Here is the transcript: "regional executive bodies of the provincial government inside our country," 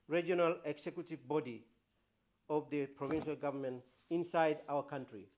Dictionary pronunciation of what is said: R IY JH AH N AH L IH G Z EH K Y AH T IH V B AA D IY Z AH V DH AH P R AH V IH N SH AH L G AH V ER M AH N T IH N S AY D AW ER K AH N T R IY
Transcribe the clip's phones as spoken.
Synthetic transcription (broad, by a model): R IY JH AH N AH L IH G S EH K Y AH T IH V B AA D IY AH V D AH P R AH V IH N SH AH L G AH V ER M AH N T IH N S AY D AW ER K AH N T R IY